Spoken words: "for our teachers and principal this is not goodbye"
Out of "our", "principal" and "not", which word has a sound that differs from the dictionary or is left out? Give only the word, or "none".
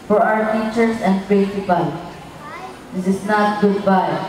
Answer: principal